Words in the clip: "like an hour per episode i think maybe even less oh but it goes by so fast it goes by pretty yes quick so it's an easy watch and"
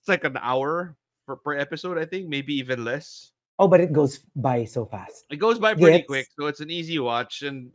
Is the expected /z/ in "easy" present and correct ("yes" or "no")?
yes